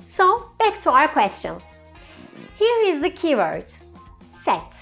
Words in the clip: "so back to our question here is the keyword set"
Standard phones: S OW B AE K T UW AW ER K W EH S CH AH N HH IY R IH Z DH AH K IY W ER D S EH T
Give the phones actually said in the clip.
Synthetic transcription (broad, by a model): S OW B AE K T UW AW ER K W EH S CH AH N HH IY R IH Z DH AH K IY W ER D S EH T